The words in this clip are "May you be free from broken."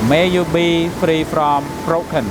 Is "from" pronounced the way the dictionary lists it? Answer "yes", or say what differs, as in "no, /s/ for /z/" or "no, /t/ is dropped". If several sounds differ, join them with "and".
no, /p/ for /f/